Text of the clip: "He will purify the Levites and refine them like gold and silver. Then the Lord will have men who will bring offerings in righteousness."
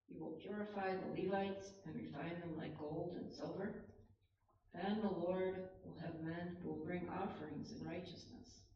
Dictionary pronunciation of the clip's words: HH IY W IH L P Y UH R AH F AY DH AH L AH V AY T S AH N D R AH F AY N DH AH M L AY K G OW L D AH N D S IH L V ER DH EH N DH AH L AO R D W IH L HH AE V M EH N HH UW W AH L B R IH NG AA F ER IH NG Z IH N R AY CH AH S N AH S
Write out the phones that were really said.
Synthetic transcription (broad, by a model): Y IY W IH L P Y UH R AH F AY DH AH L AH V AY T S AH N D R AH F AY N DH AH M L AY K G OW L D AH N S IH L V ER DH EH N DH AH L AO R D W IH L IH V M EH N HH UW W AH L B R IH NG AA F ER IH NG Z IH N R AY CH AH S N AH S